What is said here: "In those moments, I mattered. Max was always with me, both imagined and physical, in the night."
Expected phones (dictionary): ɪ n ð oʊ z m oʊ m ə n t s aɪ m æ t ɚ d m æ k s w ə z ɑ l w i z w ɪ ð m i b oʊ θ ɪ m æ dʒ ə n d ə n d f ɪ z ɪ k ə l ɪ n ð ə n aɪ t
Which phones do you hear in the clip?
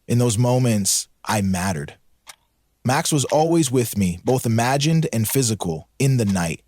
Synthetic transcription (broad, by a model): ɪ n ð oʊ z m oʊ m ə n t s aɪ m æ t ɚ d m æ k s w ə z ɑ l w i z w ɪ ð m i b oʊ θ ɪ m æ dʒ ə n d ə n f ɪ z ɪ k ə l ɪ n ð ə n aɪ t